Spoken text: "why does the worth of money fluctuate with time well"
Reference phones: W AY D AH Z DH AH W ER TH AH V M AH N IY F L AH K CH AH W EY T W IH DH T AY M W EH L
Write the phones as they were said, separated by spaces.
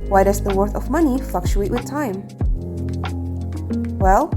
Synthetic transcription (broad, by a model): W AY D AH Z DH AH W ER TH AH V M AH N IY F L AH K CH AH EY T W IH DH T AY M W EH L